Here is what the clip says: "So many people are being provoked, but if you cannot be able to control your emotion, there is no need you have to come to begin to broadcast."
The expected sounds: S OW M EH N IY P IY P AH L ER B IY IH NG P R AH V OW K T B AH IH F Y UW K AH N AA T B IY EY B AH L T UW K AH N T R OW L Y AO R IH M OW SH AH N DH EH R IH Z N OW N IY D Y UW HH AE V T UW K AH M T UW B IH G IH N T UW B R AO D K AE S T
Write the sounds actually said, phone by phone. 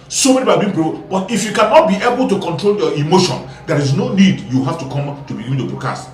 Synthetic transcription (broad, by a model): S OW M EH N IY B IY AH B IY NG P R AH B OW T IH F Y UW K AH N AA T B IY EY B AH L T UW K AH N T R OW L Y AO IH M OW SH AH N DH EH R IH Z N OW N IY D Y UW HH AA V T UW K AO M T UW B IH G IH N T UW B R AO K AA S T